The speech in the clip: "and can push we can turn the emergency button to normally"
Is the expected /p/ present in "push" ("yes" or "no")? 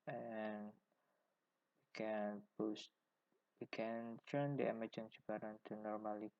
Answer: no